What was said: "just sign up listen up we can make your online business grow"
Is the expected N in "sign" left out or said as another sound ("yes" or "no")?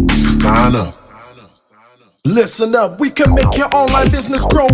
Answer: yes